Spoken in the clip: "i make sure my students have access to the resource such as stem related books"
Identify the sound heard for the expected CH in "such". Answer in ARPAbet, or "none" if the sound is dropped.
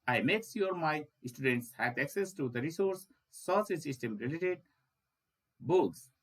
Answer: S